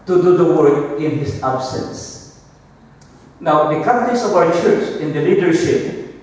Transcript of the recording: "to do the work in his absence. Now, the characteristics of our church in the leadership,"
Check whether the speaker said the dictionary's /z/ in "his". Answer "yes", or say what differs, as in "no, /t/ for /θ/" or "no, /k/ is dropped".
no, /s/ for /z/